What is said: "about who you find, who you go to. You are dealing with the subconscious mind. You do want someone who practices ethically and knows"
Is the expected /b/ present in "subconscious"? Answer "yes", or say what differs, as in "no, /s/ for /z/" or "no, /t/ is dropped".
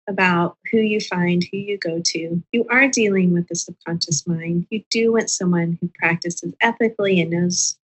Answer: no, /b/ is dropped